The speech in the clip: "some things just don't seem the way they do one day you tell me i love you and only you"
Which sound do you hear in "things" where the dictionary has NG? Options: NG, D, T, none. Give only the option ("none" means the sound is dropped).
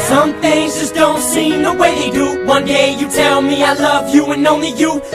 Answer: NG